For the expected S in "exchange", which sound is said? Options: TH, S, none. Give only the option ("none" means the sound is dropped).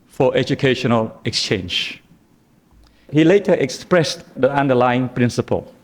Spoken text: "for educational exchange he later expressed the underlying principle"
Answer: S